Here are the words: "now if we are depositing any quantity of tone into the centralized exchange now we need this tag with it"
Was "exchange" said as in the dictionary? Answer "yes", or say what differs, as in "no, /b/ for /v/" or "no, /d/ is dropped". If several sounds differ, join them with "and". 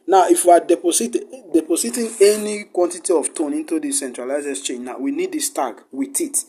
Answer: no, /k/ is dropped